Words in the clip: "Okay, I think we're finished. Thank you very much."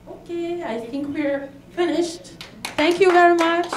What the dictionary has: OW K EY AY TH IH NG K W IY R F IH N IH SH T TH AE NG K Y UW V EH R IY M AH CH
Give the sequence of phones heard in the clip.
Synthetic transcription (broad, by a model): OW K EY AY TH IH NG K W IY R F IH N IH SH T TH AE NG K Y UW V EH R IY M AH CH